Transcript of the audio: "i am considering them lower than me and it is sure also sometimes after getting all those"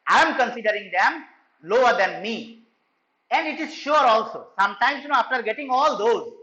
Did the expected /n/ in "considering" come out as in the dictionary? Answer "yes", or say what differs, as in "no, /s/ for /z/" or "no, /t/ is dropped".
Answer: yes